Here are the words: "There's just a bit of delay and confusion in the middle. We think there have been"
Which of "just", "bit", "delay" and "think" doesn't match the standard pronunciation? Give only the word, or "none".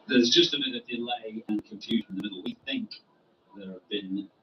none